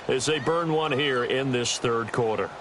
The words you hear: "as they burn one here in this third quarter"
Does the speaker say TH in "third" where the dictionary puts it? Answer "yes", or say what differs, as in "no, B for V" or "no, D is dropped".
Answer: yes